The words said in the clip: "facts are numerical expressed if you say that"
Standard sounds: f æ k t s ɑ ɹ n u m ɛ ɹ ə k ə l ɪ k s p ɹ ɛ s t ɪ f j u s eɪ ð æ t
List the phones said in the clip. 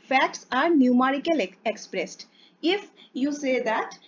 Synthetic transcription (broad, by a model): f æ k t s ɑ ɹ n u m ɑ ɹ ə k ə l ɪ k s p ɹ ɛ s t ɪ f j u s eɪ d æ t